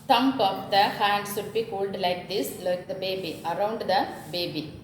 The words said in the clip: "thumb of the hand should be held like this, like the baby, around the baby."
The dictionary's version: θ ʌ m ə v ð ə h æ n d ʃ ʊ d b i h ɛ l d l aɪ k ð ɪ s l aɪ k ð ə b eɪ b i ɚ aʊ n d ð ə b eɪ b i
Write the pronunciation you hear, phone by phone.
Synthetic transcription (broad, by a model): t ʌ m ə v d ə h æ n d s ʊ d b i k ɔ l d l aɪ k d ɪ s l aɪ k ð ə b eɪ b i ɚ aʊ n d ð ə b eɪ b i